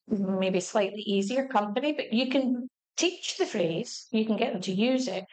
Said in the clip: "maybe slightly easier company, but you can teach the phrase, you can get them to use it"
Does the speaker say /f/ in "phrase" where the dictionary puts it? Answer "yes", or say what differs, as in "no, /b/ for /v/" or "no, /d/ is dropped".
yes